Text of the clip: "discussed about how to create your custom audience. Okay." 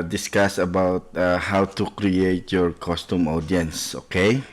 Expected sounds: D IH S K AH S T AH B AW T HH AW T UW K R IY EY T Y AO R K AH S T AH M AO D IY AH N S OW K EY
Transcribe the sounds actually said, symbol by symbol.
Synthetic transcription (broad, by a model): D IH S K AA S AH B AW T HH AW T UW K R IY EY T Y AO R K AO S T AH M AO D IY AH N S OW K EY